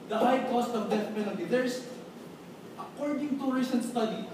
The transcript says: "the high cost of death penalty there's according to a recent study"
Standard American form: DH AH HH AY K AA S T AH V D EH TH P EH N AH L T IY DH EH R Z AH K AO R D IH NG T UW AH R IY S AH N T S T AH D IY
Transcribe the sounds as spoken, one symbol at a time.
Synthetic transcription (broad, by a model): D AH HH AY K AA S T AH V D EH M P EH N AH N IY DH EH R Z AH K AO R D IH NG T UW R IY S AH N S T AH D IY